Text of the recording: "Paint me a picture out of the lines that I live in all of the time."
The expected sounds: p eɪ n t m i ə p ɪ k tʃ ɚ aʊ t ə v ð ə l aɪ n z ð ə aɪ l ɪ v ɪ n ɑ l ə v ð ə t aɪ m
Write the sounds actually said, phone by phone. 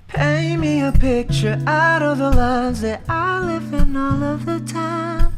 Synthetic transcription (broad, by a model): p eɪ m i ə p ɪ k tʃ ɚ aʊ t ə v ð ə l aɪ n z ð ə aɪ l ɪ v ɪ n ɑ l ə v ð ə t aɪ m